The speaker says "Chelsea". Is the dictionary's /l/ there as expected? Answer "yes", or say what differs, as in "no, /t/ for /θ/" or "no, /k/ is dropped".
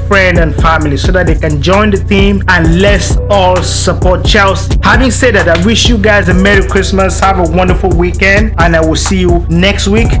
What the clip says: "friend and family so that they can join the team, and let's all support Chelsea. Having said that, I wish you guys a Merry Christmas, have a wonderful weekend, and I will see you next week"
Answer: yes